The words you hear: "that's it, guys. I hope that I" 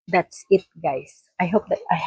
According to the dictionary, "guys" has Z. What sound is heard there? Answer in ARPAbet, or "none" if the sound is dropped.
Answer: S